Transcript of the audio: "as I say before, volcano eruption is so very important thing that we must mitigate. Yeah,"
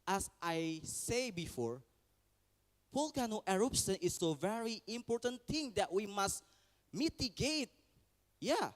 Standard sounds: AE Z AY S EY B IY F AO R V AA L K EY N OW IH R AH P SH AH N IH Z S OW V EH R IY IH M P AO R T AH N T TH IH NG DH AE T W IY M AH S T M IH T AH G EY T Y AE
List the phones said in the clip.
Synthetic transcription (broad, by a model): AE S AY S EY B IY F AO R P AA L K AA N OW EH R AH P S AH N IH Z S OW V EH R IY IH M P AO R T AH N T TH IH NG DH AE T W IY M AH S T M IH T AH G EY T Y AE